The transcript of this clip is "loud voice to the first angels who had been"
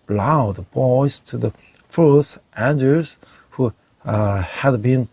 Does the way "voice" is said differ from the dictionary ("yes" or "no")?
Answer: yes